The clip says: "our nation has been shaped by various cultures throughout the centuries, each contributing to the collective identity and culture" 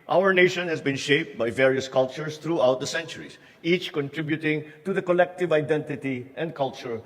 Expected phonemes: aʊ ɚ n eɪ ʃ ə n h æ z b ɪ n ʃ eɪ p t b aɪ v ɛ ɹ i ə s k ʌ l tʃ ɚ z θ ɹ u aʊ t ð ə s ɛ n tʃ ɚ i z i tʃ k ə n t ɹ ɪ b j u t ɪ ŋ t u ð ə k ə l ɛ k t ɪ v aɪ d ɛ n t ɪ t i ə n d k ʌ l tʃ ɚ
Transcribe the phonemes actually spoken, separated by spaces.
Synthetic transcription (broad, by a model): aʊ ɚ n eɪ ʃ ə n h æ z b ɪ n ʃ eɪ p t b aɪ v ɛ ɹ i ə s k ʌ l tʃ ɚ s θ ɹ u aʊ t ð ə s ɛ n tʃ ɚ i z i tʃ k ə n t ɹ ɪ b j u t ɪ ŋ t u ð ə k ə l ɛ k t ɪ v aɪ d ɛ n t ɪ t i ə n d k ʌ l tʃ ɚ